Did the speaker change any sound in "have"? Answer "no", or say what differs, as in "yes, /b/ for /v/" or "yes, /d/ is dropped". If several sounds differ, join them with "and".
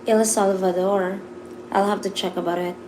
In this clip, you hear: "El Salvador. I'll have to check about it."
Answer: yes, /f/ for /v/